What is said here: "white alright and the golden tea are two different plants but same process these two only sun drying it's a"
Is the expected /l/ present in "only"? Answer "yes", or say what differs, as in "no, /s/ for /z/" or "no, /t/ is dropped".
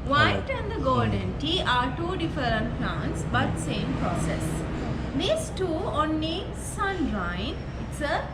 no, /l/ is dropped